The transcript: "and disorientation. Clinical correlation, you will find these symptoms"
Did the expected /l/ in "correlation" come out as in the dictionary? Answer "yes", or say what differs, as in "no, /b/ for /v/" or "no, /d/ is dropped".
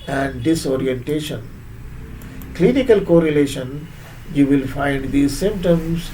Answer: yes